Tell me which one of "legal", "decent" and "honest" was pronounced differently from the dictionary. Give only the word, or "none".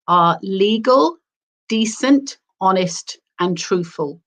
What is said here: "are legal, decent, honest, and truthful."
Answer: none